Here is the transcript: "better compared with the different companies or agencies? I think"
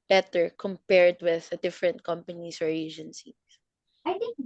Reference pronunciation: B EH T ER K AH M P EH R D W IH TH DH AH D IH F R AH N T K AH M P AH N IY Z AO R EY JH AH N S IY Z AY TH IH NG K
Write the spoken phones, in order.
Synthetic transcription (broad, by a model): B EH T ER K AH M P EH R D W IH DH AH D IH F R AH N T K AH M P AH N IY S AO R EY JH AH N S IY S AY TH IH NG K